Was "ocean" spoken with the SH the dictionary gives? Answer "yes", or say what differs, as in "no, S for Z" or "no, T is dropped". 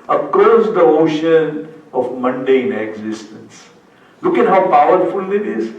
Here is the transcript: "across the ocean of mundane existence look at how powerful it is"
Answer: yes